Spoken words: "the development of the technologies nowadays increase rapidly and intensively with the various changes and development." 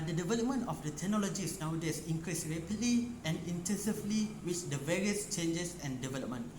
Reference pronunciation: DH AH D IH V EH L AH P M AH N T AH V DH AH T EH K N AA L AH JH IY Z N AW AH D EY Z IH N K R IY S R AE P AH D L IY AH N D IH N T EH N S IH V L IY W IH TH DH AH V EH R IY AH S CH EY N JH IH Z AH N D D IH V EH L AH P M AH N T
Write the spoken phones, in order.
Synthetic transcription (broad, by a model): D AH D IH V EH L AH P M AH N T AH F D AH T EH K N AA L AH JH IY S N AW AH D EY S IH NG K R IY S R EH P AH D L IY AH N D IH N T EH N S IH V L IY W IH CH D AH V EH R IY AH S CH EY N JH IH S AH N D D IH V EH L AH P M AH N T